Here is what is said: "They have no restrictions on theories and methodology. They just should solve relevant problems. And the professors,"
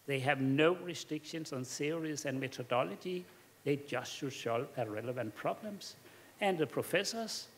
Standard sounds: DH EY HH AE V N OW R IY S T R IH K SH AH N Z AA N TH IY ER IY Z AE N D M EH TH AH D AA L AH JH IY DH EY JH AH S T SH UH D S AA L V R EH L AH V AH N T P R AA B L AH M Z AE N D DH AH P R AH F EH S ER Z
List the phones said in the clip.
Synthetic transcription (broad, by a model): DH EY HH AE V N OW R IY S T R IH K SH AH N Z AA N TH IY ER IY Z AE N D M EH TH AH D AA L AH JH IY DH EY JH AH S T SH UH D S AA L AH R EH L AH V AH N T P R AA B L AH M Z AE N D DH AH P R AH F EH S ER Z